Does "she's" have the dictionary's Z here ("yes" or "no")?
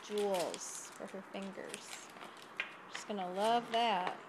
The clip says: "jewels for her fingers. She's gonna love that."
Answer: no